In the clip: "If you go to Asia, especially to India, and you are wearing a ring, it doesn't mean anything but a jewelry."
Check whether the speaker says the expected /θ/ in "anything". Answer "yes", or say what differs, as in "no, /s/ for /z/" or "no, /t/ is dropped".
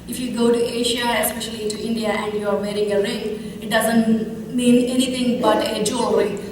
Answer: no, /t/ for /θ/